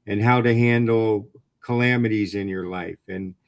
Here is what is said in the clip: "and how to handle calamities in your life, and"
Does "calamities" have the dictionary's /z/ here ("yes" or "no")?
yes